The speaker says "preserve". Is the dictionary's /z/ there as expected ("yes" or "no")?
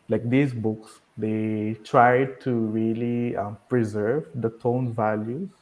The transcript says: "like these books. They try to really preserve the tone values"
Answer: yes